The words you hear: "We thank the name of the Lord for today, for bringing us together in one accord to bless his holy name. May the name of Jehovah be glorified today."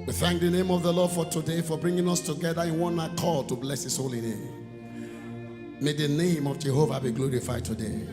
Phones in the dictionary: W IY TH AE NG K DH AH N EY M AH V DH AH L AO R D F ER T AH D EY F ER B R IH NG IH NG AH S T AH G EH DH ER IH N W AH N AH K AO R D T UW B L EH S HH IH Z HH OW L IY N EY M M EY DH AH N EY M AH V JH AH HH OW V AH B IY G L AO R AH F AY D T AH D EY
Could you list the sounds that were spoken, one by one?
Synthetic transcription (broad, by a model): W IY TH AE NG K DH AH N EY M AH V DH AH L AO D F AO T AH D EY F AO B R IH NG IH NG AH S T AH G EH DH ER IH N W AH N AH K AO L T UW B L EH S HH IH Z HH OW L IY N EY M M EY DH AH N EY M AH V JH AH HH OW V AH B IY G L AO R AH F AY D T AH D EY